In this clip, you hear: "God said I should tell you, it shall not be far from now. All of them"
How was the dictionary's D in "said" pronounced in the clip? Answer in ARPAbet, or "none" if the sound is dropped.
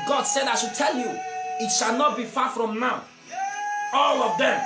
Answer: D